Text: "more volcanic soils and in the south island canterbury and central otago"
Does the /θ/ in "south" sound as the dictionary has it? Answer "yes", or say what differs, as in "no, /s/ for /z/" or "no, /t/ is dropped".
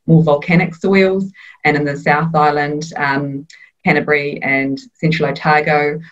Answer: yes